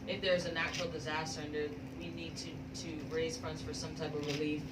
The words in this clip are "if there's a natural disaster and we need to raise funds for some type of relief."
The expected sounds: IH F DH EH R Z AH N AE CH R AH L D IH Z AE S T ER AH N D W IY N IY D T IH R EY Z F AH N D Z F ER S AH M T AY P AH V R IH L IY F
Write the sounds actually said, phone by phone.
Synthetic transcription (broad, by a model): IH F DH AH R Z AH N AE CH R L D IH Z AE S T ER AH N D W IY N IY D T IH R EY Z F AH N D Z F ER S AH M T AY P AH V R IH L IY F